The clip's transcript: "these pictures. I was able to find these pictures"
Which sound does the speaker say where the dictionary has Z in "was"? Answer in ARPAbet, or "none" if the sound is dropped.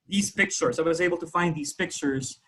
Z